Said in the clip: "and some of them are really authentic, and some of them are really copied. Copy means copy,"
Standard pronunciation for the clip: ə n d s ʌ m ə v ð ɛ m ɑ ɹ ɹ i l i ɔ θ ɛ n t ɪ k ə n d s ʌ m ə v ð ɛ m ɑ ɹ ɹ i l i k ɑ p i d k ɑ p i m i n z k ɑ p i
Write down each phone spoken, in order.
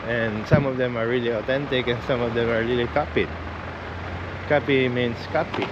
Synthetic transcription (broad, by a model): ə n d s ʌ m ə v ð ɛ m ɑ ɹ ɹ i l i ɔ t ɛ n t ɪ k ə n s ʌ m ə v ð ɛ m ɑ ɹ ɹ i l i k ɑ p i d k ɑ p i m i n s k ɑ p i